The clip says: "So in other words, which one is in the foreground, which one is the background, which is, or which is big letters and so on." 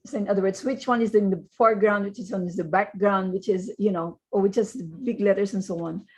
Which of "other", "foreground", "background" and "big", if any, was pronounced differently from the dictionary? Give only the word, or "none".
none